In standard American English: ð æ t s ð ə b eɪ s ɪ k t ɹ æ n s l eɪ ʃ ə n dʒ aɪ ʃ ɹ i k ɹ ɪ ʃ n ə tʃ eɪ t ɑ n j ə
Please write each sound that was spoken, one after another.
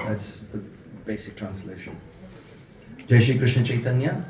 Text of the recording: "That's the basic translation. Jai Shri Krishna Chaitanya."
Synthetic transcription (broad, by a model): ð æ t s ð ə b eɪ s ɪ k t ɹ æ n s l eɪ ʃ ə n dʒ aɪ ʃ i k ɹ ɪ ʃ n ə tʃ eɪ t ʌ n j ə